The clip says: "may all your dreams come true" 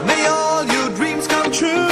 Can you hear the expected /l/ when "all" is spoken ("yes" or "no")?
yes